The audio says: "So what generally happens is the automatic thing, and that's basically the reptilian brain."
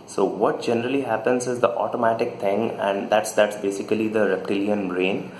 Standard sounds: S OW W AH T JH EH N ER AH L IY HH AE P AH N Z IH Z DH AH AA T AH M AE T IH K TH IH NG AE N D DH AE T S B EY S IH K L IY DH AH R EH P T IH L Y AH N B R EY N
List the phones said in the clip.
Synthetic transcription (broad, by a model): S OW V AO T JH EH N ER AH L IY HH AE P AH N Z IH Z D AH AA T AH M AE T IH K T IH NG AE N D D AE T S B EY S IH K L IY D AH R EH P T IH L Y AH N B R EY N